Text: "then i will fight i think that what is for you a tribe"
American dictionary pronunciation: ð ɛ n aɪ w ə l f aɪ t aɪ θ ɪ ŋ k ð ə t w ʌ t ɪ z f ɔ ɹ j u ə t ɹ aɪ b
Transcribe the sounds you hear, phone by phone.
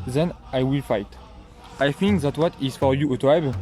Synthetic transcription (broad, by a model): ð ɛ n aɪ w ə l f aɪ t aɪ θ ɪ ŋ k ð ə t w ʌ t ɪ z f ɔ ɹ j u ə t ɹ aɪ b